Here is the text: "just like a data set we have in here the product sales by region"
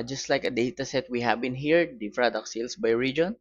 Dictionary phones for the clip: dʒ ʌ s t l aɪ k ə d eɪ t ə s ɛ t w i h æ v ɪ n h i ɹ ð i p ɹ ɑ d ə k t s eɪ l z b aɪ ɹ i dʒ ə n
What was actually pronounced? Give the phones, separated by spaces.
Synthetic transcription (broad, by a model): dʒ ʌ s t l aɪ k ə d eɪ t ə s ɛ t w i h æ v ɪ n h i ɹ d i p ɹ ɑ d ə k s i l s b aɪ ɹ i dʒ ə n